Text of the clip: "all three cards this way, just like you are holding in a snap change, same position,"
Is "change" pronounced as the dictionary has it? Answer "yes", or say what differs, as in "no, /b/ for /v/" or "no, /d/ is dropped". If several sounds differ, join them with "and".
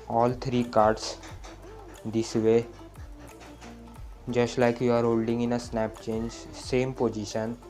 yes